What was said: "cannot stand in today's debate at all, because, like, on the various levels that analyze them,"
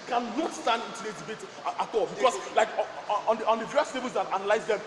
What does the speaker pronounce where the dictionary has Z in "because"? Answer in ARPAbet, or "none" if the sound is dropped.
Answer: S